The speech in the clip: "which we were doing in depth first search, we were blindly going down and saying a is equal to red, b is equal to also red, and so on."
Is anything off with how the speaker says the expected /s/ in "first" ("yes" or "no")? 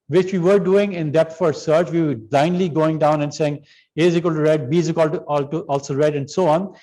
yes